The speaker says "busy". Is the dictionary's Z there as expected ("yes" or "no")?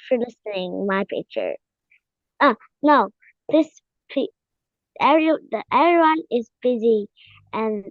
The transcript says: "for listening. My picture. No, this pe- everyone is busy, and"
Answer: yes